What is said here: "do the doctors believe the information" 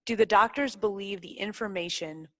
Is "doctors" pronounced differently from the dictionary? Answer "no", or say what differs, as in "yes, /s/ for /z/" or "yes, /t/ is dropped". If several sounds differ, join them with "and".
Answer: no